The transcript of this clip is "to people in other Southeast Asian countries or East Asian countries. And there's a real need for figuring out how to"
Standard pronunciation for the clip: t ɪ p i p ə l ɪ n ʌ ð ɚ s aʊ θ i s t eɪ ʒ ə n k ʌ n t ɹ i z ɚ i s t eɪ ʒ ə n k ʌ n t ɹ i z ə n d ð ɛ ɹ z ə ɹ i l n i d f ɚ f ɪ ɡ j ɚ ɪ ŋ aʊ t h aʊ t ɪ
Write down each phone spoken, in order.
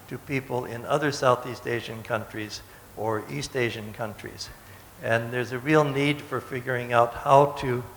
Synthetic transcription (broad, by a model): t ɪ p i p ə l ɪ n ʌ ð ɚ s aʊ θ i s t eɪ ʒ ə n k ʌ n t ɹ i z ɚ i s t eɪ ʒ ə n k ʌ n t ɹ i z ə n ð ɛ ɹ z ə ɹ i l n i d f ɚ f ɪ ɡ j ɚ ɪ ŋ aʊ t h aʊ t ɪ